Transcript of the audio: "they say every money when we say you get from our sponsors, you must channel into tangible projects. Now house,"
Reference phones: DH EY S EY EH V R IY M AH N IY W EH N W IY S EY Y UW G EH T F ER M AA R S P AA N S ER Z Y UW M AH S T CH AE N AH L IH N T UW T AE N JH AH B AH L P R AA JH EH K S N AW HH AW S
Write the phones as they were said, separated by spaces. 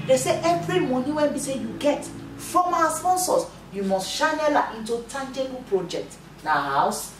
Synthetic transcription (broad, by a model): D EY S EY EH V R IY M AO N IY W EH N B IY S EY Y UW G EH T F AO M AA S P AA N S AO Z Y UW M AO S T SH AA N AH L IH N T UW T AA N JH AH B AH P R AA JH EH K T N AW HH AW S